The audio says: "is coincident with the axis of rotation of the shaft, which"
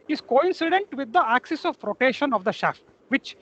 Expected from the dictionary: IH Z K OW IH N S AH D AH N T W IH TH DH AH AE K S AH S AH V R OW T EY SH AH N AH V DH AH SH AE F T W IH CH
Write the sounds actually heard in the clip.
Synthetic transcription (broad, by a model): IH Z K OW IH N S AH D AH N T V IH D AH AE K S AH S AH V R OW T EY SH AH N AH V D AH SH AE F T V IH CH